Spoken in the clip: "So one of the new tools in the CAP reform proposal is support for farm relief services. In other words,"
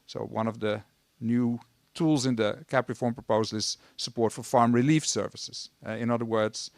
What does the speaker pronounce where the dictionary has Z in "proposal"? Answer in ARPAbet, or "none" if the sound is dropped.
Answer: Z